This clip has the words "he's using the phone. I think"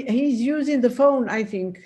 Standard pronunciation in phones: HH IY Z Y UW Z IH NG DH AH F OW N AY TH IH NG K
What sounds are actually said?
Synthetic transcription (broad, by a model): HH IY Z Y UW Z IH NG DH AH F OW N AY TH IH NG K